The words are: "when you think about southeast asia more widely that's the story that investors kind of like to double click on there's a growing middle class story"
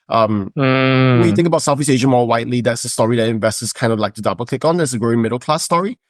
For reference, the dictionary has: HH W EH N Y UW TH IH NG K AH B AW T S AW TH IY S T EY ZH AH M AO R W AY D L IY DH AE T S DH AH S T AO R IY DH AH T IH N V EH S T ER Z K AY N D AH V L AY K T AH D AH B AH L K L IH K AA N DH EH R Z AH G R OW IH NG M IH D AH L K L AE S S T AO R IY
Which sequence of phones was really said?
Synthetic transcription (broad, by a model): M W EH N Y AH TH IH NG K AH B AW T S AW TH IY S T EY ZH AH M AO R W AY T L IY DH AE T S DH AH S T AO R IY DH AH T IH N V EH S T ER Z K AY N D AH V L AY K T AH D AH B AH L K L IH K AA N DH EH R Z AH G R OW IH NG M IH D L K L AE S S T AO R IY